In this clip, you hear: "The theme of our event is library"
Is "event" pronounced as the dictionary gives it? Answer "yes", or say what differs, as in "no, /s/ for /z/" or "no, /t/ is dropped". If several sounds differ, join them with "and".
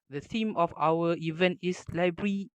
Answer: yes